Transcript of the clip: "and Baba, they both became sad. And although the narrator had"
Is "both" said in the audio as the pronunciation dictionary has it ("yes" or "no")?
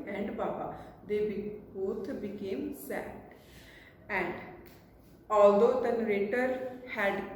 no